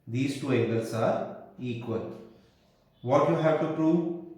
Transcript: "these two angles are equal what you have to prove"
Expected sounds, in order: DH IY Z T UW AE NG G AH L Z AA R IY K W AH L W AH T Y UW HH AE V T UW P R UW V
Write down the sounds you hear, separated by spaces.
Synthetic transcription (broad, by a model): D IY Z T UW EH G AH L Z AA R IY K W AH L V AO T Y UW HH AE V T UW P R UW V